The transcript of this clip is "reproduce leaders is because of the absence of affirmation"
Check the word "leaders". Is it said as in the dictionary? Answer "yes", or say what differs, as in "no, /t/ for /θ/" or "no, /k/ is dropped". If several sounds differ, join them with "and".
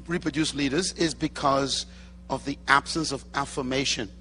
yes